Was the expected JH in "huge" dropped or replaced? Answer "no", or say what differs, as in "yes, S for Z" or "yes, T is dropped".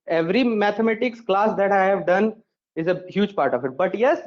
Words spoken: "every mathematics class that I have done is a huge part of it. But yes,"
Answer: no